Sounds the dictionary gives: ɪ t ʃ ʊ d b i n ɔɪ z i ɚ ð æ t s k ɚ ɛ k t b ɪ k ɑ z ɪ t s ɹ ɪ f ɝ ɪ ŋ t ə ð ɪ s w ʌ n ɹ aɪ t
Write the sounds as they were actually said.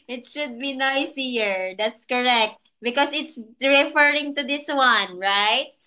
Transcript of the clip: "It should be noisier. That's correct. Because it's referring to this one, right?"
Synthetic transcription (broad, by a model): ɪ t ʃ ʊ d b i n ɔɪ s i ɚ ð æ t s k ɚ ɛ k t b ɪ k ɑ s ɪ t s ɹ ɪ f ɝ ɪ ŋ t ə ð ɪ s w ʌ n ɹ aɪ t